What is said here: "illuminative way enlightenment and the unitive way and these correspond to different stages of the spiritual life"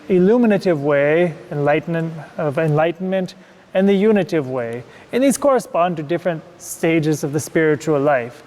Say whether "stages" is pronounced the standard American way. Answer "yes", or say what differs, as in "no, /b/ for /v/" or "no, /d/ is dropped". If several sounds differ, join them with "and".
yes